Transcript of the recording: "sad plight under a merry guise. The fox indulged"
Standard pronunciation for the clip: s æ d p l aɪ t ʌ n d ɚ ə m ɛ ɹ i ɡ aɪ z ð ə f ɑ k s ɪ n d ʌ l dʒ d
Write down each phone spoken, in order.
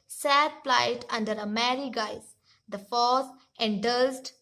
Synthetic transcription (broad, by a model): s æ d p l aɪ t ʌ n d ɚ ə m ɛ ɹ i ɡ aɪ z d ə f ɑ s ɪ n d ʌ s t